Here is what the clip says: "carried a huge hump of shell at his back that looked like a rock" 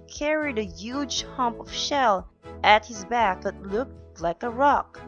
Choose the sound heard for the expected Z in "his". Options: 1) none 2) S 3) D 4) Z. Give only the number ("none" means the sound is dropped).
4